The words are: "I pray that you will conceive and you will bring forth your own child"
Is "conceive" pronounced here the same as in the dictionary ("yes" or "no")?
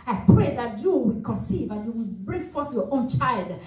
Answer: yes